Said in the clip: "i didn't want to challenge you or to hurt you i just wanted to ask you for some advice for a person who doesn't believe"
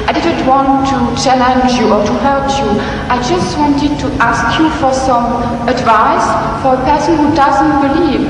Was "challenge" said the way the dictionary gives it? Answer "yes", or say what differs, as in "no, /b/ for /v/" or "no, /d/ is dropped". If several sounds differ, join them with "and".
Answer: yes